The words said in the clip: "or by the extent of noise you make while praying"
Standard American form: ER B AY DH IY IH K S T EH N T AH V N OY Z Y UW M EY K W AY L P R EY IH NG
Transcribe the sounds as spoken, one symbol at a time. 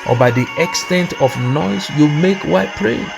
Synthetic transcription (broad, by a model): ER B AY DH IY IH K S T EH N T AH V N OY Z Y UW M EY K W AY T P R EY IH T